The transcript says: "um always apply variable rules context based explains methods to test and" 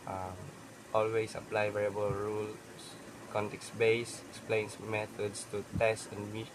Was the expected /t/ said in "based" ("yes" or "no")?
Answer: no